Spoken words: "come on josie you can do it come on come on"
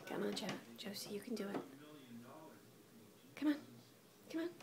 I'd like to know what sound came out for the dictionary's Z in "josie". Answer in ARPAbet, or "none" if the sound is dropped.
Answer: S